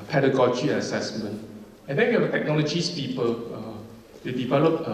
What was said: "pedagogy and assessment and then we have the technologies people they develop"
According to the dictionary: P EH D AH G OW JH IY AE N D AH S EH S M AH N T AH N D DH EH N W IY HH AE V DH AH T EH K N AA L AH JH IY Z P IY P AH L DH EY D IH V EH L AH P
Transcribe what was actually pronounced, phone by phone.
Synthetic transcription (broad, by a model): P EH D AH G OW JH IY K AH S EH S M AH N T AH N D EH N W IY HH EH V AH T EH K N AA L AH JH IY S P IY P AH L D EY D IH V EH L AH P